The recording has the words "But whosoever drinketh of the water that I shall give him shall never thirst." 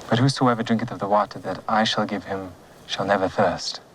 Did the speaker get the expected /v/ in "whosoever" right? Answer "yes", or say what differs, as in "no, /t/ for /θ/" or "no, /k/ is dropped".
yes